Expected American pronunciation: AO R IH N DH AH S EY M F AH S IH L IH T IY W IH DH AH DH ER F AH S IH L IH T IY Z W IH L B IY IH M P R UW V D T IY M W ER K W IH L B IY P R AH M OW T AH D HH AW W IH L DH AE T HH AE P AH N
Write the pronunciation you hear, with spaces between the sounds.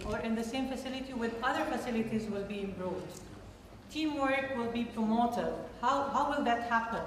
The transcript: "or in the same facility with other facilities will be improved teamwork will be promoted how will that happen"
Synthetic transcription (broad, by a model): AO R IH N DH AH S EY M F AH S IH L IH T IY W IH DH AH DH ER F AH S IH L IH T IY Z W IH L B IY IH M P R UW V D T IY M W ER K W IH L B IY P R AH M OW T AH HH HH AW W IH L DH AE T HH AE P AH N